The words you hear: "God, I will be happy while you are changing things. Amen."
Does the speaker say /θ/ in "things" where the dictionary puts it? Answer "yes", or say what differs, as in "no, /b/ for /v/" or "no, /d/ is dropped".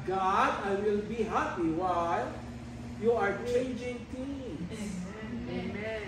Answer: no, /t/ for /θ/